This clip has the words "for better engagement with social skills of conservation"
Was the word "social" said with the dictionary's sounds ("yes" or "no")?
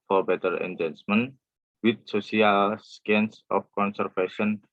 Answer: no